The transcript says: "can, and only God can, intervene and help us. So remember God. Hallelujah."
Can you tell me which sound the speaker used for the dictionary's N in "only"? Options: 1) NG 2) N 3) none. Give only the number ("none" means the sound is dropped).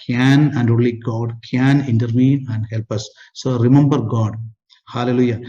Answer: 3